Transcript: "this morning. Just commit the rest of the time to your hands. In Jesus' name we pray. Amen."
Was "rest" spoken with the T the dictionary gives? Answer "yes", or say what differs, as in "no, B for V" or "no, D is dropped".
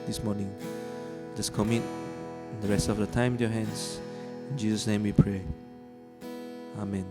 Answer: yes